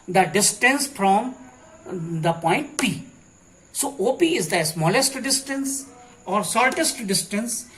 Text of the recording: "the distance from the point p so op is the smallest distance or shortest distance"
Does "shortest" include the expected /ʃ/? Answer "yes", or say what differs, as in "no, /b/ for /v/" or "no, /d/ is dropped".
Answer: no, /s/ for /ʃ/